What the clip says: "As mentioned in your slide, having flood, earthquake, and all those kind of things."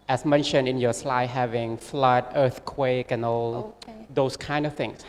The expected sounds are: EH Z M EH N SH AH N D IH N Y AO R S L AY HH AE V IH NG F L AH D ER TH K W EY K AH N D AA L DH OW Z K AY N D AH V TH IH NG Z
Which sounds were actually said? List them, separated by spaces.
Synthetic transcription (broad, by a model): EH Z M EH N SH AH N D IH N Y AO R S L AY HH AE V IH NG F L AH D ER TH K W EY K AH N AA L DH OW S K AY N D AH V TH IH NG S